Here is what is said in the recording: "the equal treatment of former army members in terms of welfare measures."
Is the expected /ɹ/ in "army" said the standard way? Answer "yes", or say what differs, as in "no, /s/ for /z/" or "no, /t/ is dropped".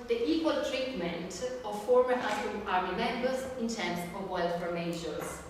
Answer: no, /l/ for /ɹ/